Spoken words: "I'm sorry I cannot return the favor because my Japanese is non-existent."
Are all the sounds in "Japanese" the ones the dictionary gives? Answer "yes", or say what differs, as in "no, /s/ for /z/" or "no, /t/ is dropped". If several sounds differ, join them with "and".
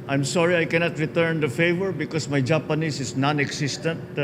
no, /s/ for /z/